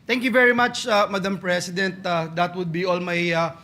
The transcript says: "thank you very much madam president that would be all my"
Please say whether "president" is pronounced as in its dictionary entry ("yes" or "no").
no